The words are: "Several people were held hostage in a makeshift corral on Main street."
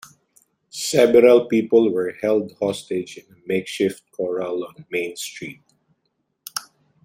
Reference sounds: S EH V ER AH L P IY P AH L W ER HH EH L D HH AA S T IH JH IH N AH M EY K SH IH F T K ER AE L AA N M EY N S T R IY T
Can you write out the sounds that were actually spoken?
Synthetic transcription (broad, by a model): S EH B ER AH L P IY P AH L W ER HH EH L D HH AA S T IH JH IH N AH M EY K SH IH F T K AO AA L AA N M EY N S T R IY T